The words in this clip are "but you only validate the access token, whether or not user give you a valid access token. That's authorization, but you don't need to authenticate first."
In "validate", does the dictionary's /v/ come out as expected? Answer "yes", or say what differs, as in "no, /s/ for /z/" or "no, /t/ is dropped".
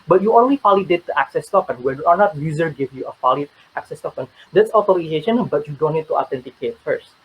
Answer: no, /f/ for /v/